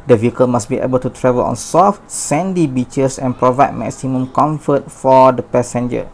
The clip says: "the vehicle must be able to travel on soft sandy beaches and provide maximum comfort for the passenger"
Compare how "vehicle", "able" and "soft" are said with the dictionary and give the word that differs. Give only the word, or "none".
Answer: none